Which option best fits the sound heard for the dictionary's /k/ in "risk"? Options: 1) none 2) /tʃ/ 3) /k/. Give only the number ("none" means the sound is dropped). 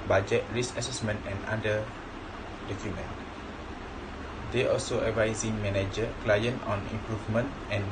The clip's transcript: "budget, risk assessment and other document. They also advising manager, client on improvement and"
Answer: 1